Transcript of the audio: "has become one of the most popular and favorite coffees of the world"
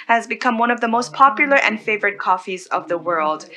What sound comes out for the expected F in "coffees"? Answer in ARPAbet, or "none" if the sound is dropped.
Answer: F